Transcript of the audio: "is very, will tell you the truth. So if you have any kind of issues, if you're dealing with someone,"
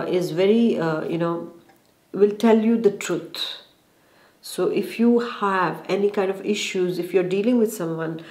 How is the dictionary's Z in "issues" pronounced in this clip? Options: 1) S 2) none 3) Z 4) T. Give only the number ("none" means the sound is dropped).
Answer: 3